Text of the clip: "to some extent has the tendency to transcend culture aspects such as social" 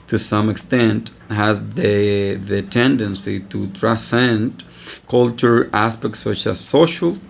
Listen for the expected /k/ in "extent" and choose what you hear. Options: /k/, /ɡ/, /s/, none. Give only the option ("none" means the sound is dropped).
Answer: /k/